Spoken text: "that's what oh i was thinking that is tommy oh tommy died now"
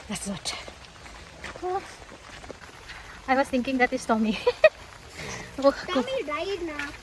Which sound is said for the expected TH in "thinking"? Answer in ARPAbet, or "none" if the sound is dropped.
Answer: T